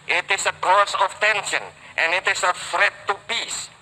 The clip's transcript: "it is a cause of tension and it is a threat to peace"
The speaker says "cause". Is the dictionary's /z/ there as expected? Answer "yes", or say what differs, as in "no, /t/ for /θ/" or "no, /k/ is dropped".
no, /s/ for /z/